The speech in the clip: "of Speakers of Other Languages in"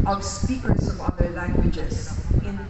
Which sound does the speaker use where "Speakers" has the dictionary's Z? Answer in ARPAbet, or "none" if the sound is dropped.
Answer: S